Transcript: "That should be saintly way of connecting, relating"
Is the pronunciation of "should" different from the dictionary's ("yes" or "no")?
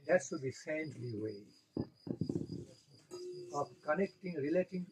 yes